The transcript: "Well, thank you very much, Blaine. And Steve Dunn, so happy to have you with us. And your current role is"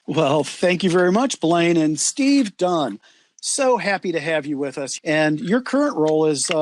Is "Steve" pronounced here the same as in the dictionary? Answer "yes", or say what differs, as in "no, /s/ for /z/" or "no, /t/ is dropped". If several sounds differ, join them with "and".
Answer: yes